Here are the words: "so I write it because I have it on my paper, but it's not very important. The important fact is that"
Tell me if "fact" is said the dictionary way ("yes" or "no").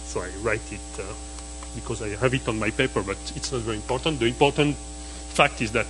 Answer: yes